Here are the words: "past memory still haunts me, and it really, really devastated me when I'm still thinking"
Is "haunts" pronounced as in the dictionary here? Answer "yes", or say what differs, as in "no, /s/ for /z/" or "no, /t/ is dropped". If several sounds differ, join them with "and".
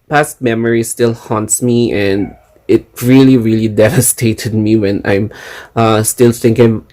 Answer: yes